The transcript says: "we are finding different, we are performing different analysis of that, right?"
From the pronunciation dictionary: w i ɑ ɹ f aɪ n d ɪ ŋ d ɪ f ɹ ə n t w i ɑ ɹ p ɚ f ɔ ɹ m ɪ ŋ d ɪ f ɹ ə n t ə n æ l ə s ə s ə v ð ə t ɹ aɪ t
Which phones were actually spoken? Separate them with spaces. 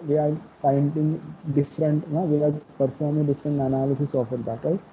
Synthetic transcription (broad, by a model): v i ɑ ɹ p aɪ n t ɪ ŋ d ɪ f ɹ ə n t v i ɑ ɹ p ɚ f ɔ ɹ m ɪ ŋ d ɪ f ɹ ə n t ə n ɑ l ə s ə s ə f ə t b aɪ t